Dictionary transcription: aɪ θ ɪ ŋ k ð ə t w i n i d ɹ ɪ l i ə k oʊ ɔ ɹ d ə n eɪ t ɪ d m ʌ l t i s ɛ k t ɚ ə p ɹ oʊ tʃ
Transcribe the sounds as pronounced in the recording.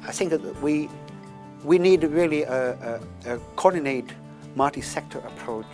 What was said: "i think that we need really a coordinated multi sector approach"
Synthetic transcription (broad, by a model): aɪ θ ɪ ŋ k ð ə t w i n i d ɹ ɪ l i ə k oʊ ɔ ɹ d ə n eɪ ɪ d m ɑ t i s ɛ k t ɚ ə p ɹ oʊ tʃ